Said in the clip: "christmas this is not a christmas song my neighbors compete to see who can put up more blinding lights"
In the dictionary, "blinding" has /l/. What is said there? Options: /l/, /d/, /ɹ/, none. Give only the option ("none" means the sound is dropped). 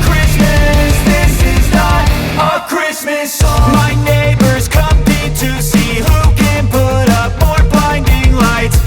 none